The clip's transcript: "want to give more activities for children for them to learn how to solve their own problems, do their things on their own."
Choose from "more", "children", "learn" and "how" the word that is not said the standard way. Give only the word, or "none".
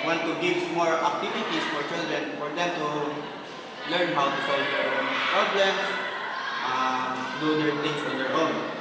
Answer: children